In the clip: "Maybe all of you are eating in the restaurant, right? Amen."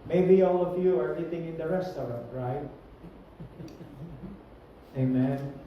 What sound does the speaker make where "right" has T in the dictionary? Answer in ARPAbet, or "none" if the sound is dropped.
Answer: T